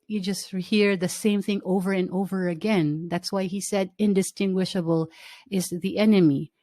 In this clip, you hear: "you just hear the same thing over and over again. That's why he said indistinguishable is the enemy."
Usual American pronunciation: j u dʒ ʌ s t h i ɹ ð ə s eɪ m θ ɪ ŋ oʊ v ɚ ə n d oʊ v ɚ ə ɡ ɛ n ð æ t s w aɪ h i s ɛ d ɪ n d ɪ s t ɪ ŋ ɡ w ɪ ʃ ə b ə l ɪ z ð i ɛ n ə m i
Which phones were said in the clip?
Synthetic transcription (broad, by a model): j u dʒ ʌ s t h i ɹ ð ə s eɪ m θ ɪ ŋ oʊ v ɚ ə n oʊ v ɚ ə ɡ ɛ n ð æ t s w aɪ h i s ɛ d ɪ n d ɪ s t ɪ ŋ ɡ w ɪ ʃ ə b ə l ɪ z ð i ɛ n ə m i